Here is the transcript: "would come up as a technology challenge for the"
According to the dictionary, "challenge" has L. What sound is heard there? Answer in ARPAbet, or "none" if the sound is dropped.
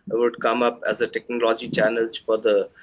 N